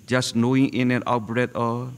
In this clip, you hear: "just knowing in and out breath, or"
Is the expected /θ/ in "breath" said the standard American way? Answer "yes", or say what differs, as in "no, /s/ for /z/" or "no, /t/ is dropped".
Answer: no, /t/ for /θ/